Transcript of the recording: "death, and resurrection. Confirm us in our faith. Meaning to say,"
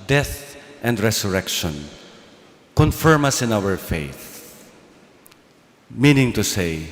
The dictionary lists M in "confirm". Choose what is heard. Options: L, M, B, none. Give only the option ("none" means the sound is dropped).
M